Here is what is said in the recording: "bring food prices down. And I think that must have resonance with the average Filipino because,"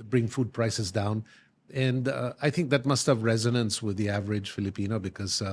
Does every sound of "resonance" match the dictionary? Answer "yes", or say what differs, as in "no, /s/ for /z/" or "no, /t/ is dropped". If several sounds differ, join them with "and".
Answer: yes